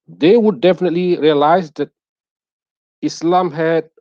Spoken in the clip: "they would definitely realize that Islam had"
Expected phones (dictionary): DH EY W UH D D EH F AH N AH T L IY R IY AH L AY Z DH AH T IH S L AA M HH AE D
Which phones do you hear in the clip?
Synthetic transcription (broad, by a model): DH EY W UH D D EH F AH N AH T L IY R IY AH L AY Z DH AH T IH S L AA M HH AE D